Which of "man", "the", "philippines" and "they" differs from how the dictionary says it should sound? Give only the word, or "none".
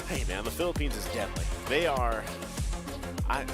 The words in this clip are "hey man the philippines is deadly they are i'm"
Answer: none